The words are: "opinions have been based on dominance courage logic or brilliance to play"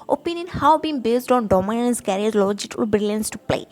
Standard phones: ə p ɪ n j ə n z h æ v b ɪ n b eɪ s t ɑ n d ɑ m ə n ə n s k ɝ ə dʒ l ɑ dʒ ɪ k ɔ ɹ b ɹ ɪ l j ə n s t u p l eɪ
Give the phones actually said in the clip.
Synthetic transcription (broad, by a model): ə p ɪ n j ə n h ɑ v b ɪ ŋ b eɪ s t ɑ n d ɑ m ə n ə n s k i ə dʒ l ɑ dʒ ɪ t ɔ l b ɹ ɪ l j ə n s t u p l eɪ